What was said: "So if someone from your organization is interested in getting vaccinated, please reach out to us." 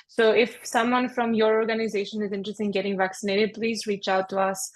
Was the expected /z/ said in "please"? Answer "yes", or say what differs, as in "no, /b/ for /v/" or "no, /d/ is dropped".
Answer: yes